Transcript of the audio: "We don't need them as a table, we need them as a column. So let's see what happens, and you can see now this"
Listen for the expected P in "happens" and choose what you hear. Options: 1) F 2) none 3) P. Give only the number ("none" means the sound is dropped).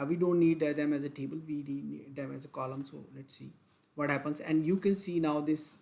3